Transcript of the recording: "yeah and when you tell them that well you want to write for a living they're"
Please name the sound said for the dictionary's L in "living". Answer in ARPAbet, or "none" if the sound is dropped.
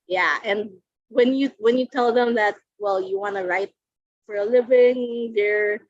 L